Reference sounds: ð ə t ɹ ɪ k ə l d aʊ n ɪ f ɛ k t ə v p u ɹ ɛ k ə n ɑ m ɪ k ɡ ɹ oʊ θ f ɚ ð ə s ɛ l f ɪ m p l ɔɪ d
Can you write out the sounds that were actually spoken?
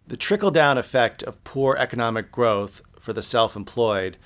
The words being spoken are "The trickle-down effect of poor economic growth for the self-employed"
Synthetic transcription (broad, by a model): ð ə t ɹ ɪ k l d aʊ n ɪ f ɛ k t ə v p u ɹ ɛ k ə n ɑ m ɪ k ɡ ɹ oʊ θ f ɚ ð ə s ɛ l f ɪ m p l ɔɪ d